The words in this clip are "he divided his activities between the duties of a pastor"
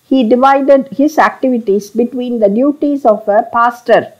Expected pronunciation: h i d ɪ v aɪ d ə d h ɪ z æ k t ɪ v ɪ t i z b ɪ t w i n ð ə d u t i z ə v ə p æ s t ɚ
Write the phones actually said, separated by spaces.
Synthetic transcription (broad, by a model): h i d ɪ v aɪ d ə d h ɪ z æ k t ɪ v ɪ t i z b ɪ t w i n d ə d u t i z ə v ə p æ s t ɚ